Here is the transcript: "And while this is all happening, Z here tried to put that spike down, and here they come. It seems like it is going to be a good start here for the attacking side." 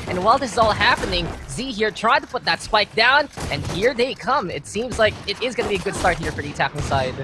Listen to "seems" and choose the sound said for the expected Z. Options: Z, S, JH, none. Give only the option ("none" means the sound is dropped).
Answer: Z